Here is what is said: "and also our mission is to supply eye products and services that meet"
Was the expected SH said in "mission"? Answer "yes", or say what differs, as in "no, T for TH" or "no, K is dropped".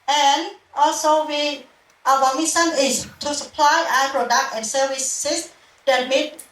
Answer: no, S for SH